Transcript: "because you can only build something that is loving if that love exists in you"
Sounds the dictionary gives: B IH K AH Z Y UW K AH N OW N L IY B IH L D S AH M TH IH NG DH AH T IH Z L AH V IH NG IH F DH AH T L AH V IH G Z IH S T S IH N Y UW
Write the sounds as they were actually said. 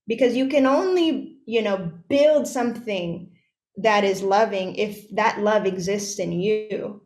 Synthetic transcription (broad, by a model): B IH K AH Z Y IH K AH N OW N L IY B IH L D S AH M TH IH NG DH AH T IH Z L AH V IH NG IH F DH AH T L AH V IH G Z IH S T S IH N Y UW